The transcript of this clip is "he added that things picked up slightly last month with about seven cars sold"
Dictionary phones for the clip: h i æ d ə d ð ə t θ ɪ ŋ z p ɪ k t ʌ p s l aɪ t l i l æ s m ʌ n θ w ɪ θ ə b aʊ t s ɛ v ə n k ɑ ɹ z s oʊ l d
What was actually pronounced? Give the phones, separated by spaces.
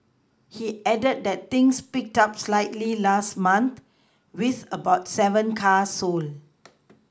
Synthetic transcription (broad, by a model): h i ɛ d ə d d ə t t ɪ ŋ s p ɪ k t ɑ p s l aɪ t l i l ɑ s m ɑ n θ w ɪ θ ə b aʊ t s ɛ v ə n k ɑ s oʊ l